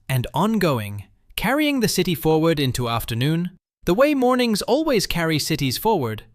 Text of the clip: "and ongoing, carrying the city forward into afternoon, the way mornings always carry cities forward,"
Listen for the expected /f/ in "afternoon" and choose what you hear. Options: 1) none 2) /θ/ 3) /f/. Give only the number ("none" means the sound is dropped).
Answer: 3